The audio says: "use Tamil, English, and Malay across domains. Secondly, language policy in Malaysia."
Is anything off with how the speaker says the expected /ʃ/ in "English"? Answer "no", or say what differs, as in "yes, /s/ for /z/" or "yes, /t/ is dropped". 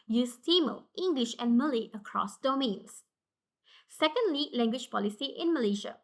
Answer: no